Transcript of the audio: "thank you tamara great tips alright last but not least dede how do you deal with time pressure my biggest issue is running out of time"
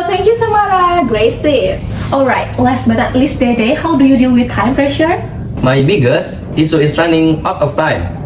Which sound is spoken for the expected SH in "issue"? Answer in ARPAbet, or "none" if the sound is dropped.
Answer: S